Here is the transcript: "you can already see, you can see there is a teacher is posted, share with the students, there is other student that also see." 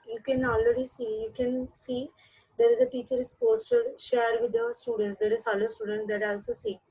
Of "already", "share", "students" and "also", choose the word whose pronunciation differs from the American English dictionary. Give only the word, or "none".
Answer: none